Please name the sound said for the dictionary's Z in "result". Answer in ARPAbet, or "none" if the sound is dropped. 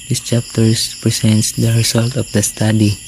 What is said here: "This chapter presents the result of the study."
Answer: S